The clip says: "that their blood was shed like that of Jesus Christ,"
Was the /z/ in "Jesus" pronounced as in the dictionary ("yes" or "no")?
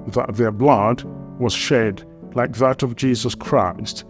yes